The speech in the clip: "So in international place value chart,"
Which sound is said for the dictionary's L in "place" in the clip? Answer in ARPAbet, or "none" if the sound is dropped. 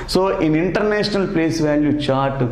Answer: L